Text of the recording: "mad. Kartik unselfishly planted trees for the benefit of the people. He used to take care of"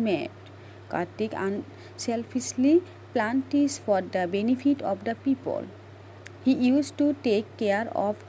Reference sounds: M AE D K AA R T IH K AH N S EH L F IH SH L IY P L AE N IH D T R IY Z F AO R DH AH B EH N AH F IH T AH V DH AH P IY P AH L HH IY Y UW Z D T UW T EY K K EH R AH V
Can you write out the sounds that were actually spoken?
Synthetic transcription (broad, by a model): M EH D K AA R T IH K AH N S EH L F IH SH L IY P L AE N T IY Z F AO R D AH B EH N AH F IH T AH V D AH P IY P AH L HH IY Y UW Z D T UW T EY K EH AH R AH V